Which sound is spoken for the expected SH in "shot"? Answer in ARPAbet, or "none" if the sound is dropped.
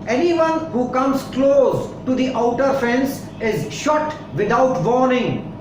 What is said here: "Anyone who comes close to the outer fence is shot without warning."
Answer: SH